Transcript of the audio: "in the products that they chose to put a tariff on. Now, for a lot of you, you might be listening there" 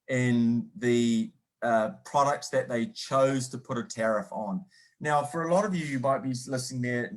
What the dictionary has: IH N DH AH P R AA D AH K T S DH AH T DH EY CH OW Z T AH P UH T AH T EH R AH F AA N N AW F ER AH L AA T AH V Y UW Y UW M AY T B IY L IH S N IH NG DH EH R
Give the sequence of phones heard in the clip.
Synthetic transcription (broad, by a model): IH N DH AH P R AA D AH K T S DH AH T DH EY CH OW Z T AH P UH T AH T EH R AH F N N AW F ER AH L AA T AH V Y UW Y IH M AY T B IY L IH S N IH NG DH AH R